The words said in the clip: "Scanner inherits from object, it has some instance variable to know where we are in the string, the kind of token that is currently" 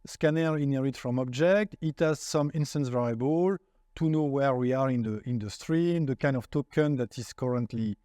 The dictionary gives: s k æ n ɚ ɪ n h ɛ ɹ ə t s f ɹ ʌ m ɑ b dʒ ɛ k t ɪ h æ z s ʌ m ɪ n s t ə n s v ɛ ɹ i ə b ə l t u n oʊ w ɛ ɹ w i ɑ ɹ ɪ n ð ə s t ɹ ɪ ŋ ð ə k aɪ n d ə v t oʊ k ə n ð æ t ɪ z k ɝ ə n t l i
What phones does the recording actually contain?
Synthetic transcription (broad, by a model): s k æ n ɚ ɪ n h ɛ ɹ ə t f ɹ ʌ m ɑ b dʒ ɛ k t ɪ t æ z s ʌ m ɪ n s t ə n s v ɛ ɹ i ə b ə l t u n oʊ w ɛ ɹ w i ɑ ɹ ɪ n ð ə s t ɹ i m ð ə k aɪ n d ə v t oʊ k ə n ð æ t ɪ z k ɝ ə n t l i